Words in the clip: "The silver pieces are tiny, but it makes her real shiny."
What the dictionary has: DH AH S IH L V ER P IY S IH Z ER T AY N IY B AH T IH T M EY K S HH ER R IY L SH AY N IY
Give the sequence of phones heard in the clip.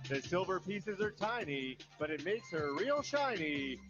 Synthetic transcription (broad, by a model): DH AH S IH L V ER P IY S IH Z ER T AY N IY B AH T IH T M EY K S HH ER R IY L SH AY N IY